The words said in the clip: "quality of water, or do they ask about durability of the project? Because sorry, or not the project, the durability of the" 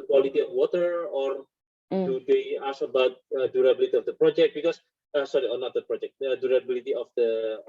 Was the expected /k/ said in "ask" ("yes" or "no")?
no